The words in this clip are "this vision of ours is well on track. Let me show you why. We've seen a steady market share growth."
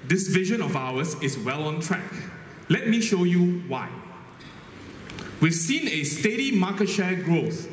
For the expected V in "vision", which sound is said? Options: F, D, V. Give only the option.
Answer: V